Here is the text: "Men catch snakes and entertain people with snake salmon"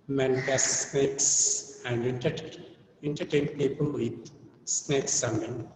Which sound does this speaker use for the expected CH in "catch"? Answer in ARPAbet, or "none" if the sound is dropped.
S